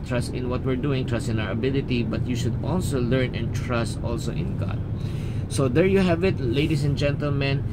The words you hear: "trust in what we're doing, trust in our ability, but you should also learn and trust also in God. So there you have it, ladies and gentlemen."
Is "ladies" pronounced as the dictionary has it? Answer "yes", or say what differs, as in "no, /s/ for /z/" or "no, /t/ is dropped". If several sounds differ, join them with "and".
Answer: no, /s/ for /z/